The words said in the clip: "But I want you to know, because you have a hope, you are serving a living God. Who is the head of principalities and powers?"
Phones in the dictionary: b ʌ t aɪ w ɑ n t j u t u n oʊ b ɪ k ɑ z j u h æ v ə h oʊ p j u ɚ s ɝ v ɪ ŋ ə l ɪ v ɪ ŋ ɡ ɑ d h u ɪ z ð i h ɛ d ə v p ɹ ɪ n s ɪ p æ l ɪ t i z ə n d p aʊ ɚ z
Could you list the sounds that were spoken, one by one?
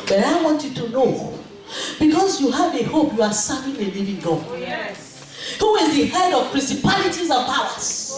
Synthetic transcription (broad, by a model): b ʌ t aɪ w ɑ n t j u t u n oʊ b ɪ k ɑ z j u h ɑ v ə h oʊ p j u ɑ s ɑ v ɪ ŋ ə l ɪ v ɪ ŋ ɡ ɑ h u ɪ z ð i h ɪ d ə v p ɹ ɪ n s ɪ p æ l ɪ t i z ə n p aʊ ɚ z